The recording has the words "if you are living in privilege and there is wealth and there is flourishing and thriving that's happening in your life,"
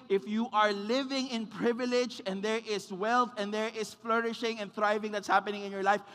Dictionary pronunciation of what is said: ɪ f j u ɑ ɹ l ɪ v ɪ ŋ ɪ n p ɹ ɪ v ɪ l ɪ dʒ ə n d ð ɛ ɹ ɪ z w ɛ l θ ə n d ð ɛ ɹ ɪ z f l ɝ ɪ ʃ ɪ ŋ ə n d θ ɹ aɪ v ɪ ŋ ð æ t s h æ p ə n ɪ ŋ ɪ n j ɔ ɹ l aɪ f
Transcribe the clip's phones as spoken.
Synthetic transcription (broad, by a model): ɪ f j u ɑ ɹ l ɪ v ɪ ŋ ɪ n p ɹ ɪ v ɪ l ɪ dʒ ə n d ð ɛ ɹ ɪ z w ɛ l θ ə n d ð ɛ ɹ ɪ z f l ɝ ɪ ʃ ɪ ŋ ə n θ ɹ aɪ v ɪ ŋ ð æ t s h æ p ə n ɪ ŋ ɪ n j ɔ ɹ l aɪ f